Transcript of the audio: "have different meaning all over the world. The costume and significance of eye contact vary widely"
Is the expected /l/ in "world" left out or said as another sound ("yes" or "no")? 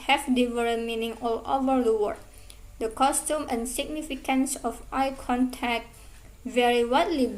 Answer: yes